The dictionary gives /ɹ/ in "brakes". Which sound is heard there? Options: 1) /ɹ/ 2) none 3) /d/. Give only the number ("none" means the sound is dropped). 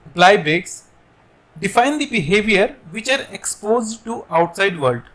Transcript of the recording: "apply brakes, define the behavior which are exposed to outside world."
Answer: 2